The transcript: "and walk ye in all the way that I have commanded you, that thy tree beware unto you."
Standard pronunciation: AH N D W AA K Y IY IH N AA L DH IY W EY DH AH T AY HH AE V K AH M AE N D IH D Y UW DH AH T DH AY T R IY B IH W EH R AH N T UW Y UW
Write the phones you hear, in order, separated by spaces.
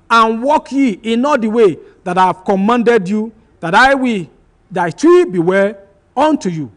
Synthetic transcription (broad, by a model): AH N W AA K Y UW IH N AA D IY W EY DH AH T AY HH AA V K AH M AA N D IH D Y UW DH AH T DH AY T R IY B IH W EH L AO N T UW Y UW